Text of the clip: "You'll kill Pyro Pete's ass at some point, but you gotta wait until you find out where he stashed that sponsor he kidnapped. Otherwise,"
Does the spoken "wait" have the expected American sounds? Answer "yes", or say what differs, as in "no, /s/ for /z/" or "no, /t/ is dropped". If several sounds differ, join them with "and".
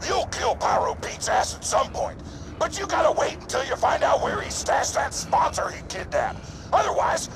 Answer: yes